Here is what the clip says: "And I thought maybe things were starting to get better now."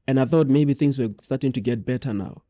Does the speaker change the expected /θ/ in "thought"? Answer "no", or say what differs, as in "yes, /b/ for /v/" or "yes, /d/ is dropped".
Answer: no